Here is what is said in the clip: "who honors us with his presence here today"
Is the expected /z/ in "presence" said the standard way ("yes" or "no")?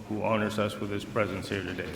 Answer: yes